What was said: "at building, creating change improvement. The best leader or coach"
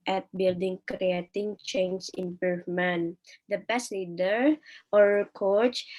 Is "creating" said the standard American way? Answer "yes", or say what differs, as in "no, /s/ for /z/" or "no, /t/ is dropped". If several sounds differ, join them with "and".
yes